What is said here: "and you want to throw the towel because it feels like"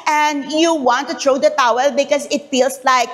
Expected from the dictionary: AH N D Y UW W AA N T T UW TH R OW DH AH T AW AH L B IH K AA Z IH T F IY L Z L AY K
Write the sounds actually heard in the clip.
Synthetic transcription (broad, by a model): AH N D Y UW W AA N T T UW T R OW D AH T AW AH L B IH K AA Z IH T F IY L S L AY K